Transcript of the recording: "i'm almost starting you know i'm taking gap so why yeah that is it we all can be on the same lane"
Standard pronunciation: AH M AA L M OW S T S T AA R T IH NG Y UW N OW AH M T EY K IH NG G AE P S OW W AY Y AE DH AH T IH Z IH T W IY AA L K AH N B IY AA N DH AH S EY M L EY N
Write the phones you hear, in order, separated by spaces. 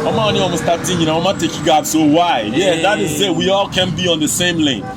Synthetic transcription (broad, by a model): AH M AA N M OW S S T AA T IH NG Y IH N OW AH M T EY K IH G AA B S OW W AY Y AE DH AH T IH Z IH T W IY AA L K AH N B IY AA N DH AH S EY M L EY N